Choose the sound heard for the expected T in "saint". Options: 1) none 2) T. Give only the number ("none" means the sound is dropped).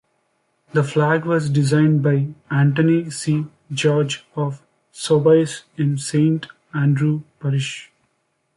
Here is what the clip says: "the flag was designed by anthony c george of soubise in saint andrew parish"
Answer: 2